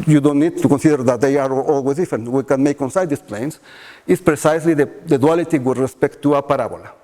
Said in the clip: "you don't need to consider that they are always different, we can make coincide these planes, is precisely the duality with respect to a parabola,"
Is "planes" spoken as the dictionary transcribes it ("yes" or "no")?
no